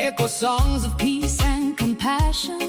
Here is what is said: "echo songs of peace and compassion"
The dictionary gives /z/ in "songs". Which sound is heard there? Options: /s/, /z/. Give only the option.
/z/